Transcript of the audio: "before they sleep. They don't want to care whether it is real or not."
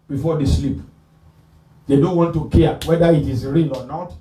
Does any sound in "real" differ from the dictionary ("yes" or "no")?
yes